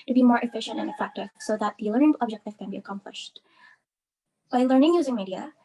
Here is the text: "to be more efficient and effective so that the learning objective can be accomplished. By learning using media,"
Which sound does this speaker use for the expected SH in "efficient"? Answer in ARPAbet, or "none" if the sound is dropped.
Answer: SH